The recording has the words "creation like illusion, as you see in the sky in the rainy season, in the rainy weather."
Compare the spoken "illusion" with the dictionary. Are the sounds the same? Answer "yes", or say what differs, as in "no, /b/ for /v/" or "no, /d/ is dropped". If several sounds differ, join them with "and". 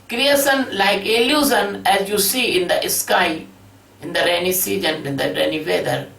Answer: no, /z/ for /ʒ/